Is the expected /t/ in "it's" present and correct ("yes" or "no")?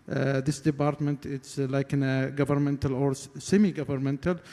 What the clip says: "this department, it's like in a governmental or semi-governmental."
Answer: yes